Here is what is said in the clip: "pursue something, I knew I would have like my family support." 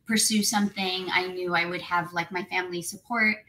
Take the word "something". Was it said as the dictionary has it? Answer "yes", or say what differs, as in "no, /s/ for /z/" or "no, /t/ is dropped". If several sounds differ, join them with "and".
yes